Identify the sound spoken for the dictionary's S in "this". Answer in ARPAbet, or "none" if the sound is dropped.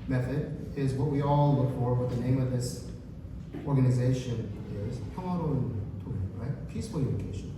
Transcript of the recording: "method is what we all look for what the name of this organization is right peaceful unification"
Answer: S